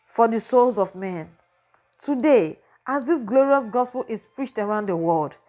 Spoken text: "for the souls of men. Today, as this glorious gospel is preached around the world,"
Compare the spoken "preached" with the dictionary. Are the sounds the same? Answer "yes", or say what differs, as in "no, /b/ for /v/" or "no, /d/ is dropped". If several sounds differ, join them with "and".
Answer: yes